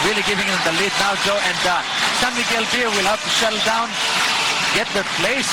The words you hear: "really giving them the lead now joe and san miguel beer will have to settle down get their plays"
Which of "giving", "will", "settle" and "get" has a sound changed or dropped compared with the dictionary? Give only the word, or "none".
settle